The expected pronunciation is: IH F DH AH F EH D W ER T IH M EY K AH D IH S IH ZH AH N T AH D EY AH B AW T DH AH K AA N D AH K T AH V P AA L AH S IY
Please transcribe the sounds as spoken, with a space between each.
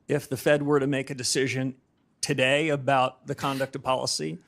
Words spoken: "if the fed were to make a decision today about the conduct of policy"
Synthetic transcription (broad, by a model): IH F DH AH F EH D W ER T IH M EY K AH D IH S IH ZH AH N T AH D EY AH B AW T DH AH K AA N D AH K T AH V P AA L AH S IY